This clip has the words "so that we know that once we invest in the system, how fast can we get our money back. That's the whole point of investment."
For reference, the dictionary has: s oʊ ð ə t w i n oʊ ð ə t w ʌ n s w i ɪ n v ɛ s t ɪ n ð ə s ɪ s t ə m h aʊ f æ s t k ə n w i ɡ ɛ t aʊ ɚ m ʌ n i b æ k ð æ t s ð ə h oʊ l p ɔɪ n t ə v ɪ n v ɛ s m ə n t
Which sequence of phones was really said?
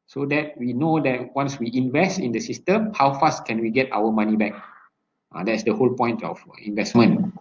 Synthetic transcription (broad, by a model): s oʊ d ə t w i n oʊ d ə t w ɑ n s w i ɪ n v ɛ s t ɪ n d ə s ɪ s t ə m h aʊ f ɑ s t k ə n w i ɡ ɛ t aʊ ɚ m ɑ n i b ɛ k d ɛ t s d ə h oʊ l p ɔɪ n t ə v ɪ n v ɛ s m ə n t